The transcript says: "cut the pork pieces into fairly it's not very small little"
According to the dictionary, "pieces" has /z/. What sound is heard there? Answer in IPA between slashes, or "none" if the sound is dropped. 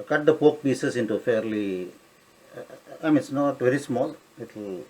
/s/